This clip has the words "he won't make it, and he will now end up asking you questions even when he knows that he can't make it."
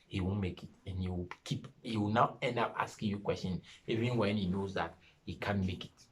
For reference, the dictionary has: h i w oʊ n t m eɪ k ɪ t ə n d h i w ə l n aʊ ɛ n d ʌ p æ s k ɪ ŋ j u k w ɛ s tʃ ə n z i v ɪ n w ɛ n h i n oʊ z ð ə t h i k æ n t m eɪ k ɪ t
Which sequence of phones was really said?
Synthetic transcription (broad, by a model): h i w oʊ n m eɪ k ɪ t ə n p h i w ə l n aʊ ɛ n d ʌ p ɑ s k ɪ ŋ j u k w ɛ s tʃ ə n i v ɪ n w ɛ n h i n oʊ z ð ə t h i k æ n m eɪ k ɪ t